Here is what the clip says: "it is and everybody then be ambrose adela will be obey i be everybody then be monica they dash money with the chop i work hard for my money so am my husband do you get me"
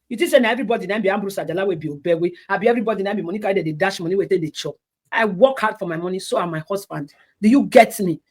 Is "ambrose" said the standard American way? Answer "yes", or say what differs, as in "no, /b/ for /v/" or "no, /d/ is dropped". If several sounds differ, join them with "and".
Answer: no, /s/ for /z/